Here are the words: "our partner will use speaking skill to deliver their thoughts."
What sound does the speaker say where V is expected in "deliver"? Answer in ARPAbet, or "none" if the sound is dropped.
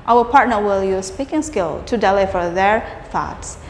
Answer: F